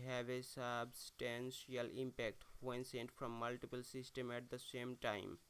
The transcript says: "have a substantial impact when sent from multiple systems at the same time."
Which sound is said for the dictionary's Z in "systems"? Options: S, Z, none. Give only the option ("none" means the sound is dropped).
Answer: none